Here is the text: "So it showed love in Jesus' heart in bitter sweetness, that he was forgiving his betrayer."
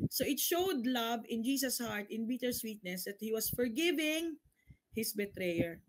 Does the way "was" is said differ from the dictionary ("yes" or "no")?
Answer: yes